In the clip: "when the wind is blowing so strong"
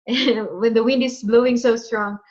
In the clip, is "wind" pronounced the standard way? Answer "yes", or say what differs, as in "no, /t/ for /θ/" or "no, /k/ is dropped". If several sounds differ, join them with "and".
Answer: yes